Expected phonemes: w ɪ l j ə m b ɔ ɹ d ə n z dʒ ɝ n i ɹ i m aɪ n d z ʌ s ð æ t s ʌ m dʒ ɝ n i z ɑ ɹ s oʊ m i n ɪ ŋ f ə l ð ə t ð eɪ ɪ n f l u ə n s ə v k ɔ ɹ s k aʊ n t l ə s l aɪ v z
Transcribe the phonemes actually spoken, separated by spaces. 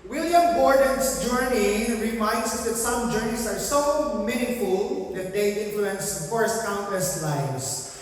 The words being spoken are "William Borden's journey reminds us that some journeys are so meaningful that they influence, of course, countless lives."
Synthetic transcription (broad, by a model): w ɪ l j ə m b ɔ ɹ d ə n s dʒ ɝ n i ɹ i m aɪ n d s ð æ t s ʌ m dʒ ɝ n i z ɑ ɹ s oʊ m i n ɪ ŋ f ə l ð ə t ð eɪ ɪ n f l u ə n s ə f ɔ ɹ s k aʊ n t ə s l aɪ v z